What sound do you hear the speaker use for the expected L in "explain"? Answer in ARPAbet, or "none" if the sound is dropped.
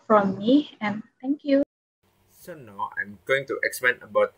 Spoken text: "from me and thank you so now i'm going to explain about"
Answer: none